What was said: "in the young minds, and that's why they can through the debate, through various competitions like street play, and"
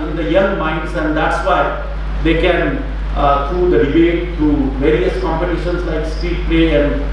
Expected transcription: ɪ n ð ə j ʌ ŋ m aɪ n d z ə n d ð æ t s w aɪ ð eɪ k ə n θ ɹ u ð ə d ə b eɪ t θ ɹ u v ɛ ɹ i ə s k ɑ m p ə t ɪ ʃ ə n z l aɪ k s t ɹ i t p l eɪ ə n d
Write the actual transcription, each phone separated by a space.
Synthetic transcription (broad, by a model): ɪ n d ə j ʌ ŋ m aɪ n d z ə n d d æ t s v aɪ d eɪ k ə n t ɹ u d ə d ə b eɪ t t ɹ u v ɛ ɹ i ə s k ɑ m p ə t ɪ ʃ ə n s l aɪ k s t i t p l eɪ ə n d